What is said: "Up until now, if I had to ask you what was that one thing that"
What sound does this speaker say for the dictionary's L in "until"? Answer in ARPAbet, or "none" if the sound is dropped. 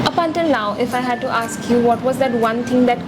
N